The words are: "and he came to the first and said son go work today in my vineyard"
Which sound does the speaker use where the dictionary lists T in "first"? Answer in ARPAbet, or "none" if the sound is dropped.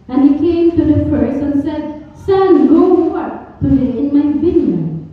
none